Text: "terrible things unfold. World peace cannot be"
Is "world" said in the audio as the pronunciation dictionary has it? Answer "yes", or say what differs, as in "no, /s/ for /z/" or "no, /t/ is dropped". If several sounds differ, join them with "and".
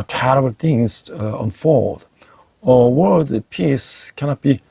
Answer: no, /l/ is dropped